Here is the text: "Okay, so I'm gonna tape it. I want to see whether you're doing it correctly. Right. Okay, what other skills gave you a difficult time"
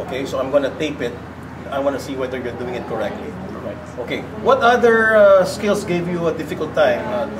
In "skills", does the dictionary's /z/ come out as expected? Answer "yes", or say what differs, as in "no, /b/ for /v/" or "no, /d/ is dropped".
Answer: no, /s/ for /z/